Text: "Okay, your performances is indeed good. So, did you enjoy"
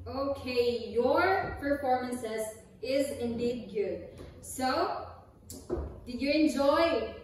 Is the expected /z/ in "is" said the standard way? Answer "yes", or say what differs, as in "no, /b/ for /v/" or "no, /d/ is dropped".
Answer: yes